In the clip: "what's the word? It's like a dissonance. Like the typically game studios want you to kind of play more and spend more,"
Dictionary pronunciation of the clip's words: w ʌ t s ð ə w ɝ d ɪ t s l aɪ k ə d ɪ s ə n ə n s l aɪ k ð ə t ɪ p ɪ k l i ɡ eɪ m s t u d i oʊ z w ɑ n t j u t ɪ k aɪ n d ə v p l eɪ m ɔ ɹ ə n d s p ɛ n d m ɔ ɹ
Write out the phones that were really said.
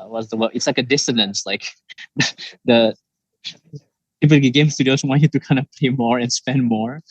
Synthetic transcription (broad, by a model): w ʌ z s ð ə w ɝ ɪ t s l aɪ k ə d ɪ s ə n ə n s l aɪ k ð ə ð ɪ ɪ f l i ɡ eɪ m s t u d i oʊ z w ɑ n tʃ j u t ɪ k aɪ n d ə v p l eɪ m ɔ ɹ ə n s p ɛ n d m ɔ ɹ